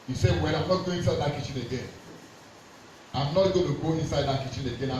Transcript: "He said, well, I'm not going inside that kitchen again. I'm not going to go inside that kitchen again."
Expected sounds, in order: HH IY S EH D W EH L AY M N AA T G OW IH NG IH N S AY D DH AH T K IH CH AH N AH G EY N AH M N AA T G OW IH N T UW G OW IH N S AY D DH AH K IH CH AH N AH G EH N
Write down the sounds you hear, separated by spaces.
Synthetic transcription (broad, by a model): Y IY S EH W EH N AY M N AA T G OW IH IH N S AY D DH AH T K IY CH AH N AH G EY N AH M N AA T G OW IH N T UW G OW IH N S AY D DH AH K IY CH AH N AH G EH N